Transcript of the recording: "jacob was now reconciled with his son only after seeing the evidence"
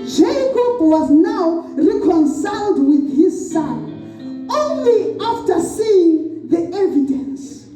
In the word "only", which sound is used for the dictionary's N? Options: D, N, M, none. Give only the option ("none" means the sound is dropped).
N